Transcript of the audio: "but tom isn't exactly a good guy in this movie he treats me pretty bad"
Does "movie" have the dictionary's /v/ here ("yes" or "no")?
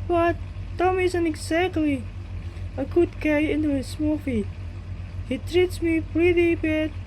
no